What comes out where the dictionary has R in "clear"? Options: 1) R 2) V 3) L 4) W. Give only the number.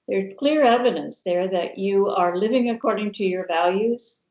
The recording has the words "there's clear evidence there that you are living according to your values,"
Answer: 1